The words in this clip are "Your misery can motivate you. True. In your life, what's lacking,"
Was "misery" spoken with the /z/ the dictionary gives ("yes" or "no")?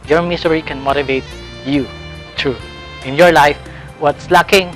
no